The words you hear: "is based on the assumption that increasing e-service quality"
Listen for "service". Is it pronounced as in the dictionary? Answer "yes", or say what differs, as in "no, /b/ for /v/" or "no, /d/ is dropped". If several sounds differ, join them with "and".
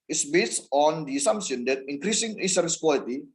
no, /v/ is dropped